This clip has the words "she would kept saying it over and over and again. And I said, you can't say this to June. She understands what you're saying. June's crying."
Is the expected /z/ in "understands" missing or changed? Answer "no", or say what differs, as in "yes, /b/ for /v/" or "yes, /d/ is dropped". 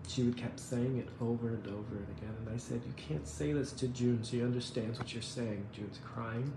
no